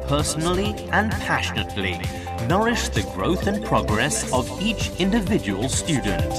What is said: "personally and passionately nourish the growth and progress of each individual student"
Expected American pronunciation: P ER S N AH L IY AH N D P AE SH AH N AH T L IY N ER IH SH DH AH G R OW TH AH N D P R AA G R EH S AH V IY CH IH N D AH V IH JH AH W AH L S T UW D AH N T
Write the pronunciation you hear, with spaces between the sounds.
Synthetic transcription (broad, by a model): P ER S N L IY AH N P AE SH AH N AH T L IY N ER IH SH DH AH G R OW TH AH N P R AA G R EH S AH V IY CH IH N D AH V IH JH AH W AH L S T UW D N T